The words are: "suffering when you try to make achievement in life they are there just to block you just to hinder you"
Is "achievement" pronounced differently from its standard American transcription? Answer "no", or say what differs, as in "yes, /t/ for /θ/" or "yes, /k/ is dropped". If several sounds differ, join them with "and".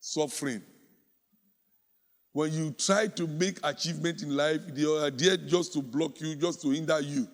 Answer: no